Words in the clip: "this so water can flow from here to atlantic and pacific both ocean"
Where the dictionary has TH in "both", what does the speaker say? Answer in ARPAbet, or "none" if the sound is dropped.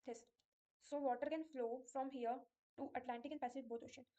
T